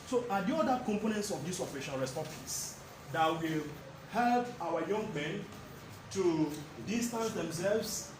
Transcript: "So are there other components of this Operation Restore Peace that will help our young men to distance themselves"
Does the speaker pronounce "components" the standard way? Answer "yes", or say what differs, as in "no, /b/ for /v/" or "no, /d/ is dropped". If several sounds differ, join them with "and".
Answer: yes